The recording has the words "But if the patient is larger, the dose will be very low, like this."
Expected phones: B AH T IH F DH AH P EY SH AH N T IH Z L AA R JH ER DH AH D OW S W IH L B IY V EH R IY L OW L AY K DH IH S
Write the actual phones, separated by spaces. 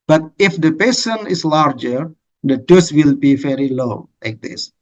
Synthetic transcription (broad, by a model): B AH T IH F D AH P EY S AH N IH S L AA R JH ER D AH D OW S W IH L B IY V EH R IY L OW L AY K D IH S